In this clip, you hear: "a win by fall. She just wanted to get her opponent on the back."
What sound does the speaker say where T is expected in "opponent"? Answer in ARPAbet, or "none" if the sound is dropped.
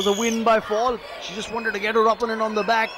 none